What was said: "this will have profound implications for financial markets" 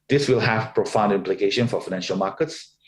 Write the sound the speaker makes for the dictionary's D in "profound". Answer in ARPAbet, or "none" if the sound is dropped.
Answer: D